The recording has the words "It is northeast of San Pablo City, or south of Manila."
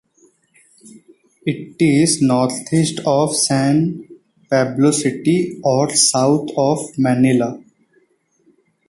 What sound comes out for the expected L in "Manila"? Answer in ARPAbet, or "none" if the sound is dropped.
L